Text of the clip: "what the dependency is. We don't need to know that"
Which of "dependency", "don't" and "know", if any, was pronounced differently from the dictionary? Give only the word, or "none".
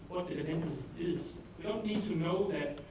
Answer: dependency